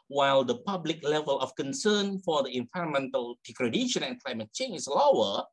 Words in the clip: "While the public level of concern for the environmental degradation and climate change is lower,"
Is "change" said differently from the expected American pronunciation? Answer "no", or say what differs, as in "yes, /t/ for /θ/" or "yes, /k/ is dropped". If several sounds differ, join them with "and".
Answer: yes, /dʒ/ is dropped